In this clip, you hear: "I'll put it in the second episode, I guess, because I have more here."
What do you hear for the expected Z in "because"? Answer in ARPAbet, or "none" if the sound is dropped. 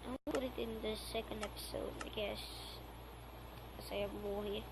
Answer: none